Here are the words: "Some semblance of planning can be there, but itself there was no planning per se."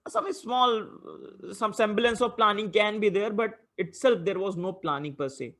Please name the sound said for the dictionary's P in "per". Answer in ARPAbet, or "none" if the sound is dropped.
P